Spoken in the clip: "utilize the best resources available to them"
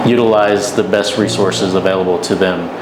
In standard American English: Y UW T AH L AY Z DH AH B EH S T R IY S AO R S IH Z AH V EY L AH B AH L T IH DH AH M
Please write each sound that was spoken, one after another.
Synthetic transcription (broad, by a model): Y UW T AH L AY Z DH AH B EH S T R IY S AO R S IH Z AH V EY L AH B L T IH DH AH M